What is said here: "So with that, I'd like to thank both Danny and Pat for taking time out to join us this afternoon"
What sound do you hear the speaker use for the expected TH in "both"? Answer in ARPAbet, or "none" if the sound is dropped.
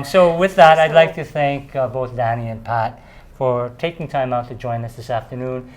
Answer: TH